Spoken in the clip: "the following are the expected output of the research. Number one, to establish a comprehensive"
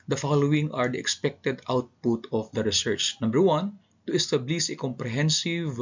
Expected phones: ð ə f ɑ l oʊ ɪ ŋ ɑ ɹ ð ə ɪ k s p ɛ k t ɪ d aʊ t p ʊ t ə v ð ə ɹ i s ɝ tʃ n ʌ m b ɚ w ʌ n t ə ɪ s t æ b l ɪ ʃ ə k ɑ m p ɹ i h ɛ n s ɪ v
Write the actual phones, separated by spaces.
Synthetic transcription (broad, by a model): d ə f ɑ l oʊ ɪ ŋ ɑ ɹ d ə ɪ k s p ɛ k t ɪ d aʊ t p ʊ t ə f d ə ɹ i s ɝ tʃ n ʌ m b ɚ w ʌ n t ə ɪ s t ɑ b l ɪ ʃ ə k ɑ m p ɹ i h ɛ n s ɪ v